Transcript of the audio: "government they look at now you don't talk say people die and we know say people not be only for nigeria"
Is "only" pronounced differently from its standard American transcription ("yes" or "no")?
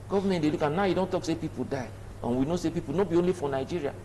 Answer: no